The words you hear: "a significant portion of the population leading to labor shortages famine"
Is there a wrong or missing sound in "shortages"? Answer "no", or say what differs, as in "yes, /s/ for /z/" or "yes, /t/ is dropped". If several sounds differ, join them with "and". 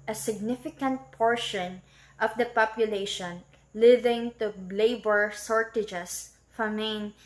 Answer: yes, /s/ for /ʃ/ and /s/ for /z/